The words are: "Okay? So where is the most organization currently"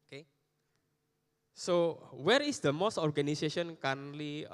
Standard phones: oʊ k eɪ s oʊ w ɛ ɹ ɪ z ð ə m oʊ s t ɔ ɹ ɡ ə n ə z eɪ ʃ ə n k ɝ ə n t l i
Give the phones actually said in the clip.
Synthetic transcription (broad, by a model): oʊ k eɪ s oʊ w ɛ ɹ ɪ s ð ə m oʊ s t ɔ ɹ ɡ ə n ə s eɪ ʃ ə n k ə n l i